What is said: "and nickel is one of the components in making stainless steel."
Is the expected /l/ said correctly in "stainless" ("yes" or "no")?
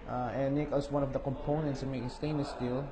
no